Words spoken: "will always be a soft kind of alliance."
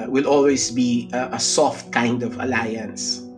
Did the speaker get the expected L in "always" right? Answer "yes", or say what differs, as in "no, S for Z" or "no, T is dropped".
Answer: yes